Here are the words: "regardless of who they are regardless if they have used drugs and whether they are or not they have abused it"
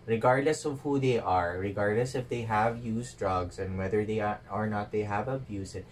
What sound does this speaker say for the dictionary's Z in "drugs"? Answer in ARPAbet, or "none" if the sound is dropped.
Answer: S